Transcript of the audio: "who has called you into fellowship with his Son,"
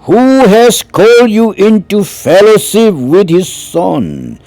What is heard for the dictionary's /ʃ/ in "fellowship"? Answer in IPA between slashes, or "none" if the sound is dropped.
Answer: /s/